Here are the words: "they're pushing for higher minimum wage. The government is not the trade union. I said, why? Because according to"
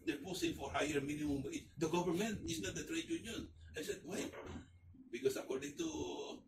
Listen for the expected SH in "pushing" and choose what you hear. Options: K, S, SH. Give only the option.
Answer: S